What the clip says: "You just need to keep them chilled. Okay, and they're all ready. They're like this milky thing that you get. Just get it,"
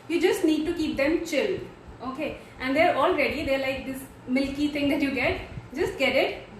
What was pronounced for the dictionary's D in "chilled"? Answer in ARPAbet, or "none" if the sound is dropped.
none